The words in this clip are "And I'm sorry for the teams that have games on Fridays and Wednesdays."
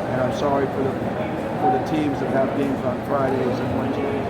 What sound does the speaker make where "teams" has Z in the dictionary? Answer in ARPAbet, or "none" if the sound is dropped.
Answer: Z